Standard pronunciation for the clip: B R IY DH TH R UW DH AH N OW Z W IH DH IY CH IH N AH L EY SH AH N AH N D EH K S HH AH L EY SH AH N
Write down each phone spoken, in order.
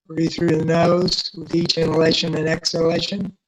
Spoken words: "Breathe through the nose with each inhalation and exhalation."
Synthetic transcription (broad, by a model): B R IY TH R UW DH AH N OW Z W IH DH IY CH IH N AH L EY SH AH N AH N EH K S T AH L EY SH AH N